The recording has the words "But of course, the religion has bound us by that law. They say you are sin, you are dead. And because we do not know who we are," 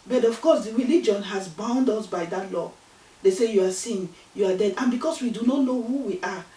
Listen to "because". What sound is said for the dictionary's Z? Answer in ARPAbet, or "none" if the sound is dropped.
S